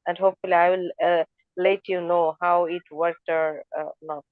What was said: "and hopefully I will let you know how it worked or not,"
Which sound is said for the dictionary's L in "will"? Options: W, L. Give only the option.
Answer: L